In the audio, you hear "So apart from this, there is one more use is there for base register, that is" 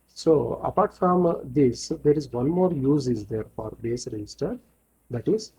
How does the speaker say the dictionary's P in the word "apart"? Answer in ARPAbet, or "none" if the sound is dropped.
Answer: P